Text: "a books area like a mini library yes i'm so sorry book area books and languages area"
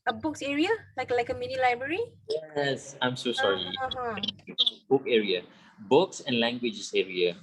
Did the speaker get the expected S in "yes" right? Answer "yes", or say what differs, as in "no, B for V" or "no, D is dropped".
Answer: yes